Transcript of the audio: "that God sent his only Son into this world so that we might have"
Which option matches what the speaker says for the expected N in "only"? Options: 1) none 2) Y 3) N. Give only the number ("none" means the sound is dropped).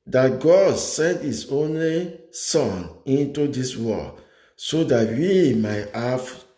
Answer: 3